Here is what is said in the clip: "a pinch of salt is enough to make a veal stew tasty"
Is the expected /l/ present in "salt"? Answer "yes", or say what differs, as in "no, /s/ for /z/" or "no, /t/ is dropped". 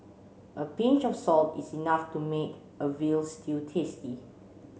yes